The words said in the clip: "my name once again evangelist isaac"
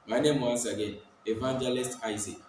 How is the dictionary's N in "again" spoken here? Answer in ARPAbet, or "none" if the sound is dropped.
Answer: none